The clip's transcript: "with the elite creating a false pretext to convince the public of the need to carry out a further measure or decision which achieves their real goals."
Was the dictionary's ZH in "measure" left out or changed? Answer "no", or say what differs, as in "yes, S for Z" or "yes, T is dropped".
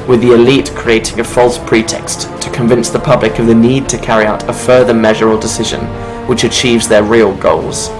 no